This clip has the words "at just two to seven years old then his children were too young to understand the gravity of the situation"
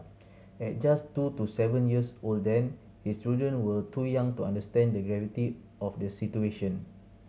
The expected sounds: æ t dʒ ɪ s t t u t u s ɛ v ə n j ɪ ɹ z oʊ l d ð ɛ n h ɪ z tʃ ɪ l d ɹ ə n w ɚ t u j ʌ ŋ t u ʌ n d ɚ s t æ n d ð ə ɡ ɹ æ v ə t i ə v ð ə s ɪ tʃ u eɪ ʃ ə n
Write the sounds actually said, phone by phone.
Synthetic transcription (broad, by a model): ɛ t dʒ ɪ s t t u t u s ɛ v ə n j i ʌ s oʊ l d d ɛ n h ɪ s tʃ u d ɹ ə n w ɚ t u j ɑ ŋ t u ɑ n d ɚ s t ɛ n d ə ɡ ɹ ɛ v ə t i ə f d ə s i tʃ u eɪ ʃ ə n